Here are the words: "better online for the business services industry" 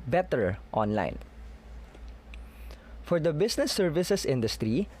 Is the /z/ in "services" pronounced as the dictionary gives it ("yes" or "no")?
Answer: no